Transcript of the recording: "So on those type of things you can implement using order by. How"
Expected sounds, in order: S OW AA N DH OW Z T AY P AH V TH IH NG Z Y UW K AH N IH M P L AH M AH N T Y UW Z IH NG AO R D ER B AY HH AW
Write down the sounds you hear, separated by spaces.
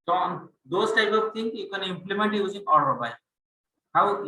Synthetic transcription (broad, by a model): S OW AA N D OW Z T AY P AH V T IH NG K Y UW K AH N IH M P L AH M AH N T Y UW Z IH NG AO L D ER B AY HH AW